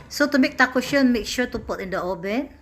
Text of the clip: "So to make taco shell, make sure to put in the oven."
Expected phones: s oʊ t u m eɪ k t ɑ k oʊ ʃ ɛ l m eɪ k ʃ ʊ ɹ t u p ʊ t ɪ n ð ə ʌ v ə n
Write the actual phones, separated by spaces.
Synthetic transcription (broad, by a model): s oʊ t u m eɪ k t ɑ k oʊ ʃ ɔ n m eɪ k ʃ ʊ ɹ t u p ʊ t ɪ n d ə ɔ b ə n